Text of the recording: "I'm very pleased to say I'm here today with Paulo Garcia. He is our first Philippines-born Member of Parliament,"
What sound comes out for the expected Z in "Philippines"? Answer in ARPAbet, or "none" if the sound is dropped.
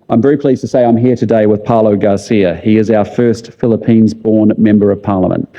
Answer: Z